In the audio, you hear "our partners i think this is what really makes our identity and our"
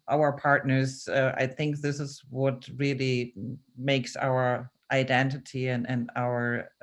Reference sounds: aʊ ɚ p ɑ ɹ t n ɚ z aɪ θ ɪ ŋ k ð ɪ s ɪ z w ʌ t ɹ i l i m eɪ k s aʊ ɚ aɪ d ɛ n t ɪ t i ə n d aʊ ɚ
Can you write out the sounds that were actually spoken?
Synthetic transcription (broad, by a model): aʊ ɚ p ɑ ɹ t n ɚ z aɪ θ ɪ ŋ k ð ɪ s ɪ z w ʌ t ɹ i l i m eɪ k s aʊ ɚ aɪ d ɛ n t ɪ t i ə n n aʊ ɚ